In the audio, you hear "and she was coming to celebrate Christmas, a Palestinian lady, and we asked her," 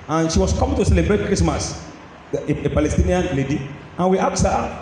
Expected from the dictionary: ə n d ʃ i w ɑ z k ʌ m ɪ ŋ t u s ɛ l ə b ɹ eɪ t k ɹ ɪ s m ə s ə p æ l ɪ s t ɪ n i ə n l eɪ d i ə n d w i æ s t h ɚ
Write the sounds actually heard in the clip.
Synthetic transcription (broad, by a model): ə n ʃ i w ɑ s k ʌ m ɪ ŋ t u s ɛ l ə b ɹ eɪ t k ɹ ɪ s m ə s ə p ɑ l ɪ s t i n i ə n l eɪ d i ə n w i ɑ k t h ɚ